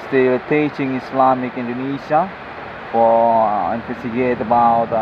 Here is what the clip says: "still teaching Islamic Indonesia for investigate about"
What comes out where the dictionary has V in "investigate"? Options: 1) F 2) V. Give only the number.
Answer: 1